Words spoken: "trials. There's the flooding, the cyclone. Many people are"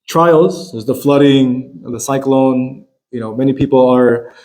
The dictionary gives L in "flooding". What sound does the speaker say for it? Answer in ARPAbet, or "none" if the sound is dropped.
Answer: L